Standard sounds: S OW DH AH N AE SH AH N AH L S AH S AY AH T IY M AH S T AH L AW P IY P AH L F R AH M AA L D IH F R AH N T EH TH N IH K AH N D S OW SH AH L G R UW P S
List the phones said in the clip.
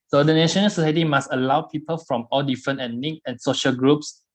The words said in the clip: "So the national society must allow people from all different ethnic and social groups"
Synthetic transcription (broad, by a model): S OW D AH N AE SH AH N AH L S AH S AY AH T IY M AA S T AH L AW P IY P AH L F R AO M AA L D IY F R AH N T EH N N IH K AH N S OW SH AH L G R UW P S